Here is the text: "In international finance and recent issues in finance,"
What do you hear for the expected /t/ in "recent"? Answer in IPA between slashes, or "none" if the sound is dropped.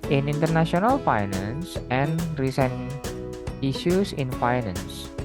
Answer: none